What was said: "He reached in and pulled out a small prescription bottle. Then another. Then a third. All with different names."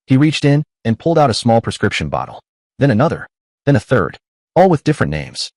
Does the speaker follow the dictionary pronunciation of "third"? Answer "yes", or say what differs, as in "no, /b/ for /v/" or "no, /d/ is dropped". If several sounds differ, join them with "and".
yes